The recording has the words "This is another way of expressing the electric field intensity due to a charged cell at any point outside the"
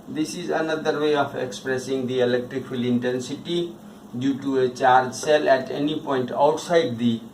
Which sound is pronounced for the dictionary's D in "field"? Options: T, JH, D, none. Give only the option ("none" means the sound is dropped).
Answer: none